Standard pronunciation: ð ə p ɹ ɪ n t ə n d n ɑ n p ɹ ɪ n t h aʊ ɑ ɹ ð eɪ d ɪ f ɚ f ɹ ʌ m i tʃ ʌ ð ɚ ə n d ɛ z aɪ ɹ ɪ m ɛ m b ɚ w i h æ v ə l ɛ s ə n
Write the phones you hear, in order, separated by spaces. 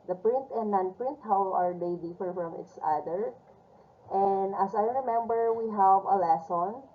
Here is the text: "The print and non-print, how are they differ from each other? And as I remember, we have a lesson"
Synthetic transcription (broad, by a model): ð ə p ɹ ɪ n t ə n n ɑ n p ɹ ɪ n t h aʊ ɑ ɹ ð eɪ d ɪ f ɚ f ɹ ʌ m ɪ s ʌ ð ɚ ə n d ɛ s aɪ ɹ ɪ m ɛ m b ɚ w i h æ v ə l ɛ s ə n